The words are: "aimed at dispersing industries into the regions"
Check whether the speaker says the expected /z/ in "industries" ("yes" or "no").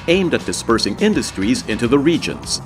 yes